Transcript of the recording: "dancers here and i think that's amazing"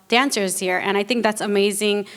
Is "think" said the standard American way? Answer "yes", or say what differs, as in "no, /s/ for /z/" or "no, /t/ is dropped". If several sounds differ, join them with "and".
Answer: yes